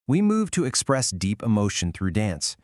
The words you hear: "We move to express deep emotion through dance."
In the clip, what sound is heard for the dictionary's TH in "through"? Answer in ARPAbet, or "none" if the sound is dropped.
TH